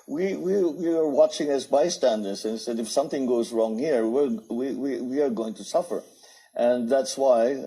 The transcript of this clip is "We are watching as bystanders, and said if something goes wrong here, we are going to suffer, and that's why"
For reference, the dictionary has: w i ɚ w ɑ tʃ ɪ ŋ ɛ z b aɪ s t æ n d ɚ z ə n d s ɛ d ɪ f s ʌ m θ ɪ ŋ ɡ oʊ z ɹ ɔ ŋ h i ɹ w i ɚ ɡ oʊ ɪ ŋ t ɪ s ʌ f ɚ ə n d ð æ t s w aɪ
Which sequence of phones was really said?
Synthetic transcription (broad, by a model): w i ɚ w ɑ tʃ ɪ ŋ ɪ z b aɪ s t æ n d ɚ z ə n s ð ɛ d ɪ f s ʌ m θ ɪ ŋ ɡ oʊ z ɹ ɔ ŋ h i ɹ w i ɚ ɡ oʊ ɪ ŋ t ɪ s ʌ f ɚ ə n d ð æ t s w aɪ